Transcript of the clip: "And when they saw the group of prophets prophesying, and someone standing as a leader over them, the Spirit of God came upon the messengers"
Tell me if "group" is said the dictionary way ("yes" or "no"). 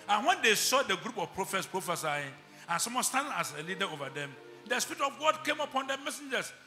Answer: yes